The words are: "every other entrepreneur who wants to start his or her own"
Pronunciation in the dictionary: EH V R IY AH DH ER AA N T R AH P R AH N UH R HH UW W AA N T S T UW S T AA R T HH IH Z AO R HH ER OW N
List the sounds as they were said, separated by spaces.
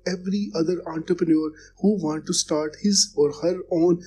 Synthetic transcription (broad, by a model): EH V R IY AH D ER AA N T R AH P R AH N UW R HH UW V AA N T T UW S T AA R T HH IH Z AO R HH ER OW N